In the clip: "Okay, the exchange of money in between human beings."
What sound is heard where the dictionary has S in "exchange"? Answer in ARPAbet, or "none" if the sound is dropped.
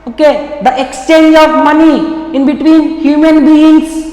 S